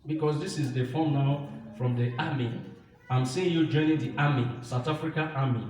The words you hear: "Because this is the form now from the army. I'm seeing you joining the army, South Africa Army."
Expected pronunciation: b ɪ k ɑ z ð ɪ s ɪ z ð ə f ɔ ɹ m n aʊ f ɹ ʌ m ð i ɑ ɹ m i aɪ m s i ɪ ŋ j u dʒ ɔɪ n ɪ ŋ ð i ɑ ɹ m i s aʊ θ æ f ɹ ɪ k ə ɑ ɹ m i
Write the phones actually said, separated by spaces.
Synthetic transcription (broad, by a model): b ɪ k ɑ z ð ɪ s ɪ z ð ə f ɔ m n aʊ f ɹ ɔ m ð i ɑ m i aɪ m s i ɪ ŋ j u dʒ ɔɪ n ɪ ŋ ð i ɑ m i s aʊ t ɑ f ɹ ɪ k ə ɑ m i